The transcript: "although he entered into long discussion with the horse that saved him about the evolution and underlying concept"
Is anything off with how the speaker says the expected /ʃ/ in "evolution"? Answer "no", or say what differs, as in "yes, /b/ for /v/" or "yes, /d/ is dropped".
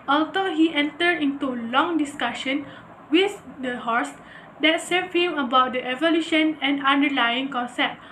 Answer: no